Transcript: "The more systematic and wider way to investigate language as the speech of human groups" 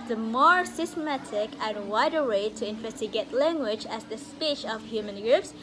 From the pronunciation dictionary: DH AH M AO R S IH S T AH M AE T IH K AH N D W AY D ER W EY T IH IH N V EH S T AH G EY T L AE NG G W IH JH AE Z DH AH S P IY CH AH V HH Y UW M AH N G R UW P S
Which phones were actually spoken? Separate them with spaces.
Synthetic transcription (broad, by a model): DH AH M AO R S IH S T AH M AE T IH K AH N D W AY D ER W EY T IH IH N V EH S T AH G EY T L AE NG G W IH JH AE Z DH AH S P IY CH AH V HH Y UW M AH N G R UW P S